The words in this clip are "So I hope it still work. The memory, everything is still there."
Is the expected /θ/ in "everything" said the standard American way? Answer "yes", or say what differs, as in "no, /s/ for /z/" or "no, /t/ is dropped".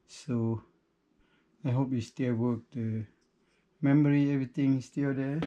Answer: no, /t/ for /θ/